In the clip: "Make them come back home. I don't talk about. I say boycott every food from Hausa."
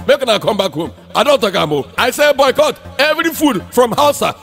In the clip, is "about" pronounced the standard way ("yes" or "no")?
no